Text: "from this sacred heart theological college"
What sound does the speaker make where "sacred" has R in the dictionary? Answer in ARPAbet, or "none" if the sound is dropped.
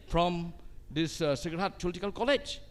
none